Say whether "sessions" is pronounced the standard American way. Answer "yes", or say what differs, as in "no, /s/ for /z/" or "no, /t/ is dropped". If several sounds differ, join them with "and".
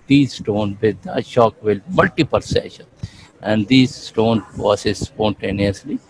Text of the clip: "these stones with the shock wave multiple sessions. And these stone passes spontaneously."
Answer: no, /z/ is dropped